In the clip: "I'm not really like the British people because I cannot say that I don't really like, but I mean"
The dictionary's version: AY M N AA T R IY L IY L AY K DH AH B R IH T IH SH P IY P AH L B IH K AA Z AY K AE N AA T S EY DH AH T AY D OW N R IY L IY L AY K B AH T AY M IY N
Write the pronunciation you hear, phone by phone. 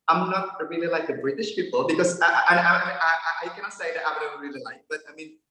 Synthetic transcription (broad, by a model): AY M N AA T R IY L IY L AY K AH B R IH T IH SH P IY P AH L B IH K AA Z AY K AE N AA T S EY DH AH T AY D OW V R IY L IY L AY K B AH T AY M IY N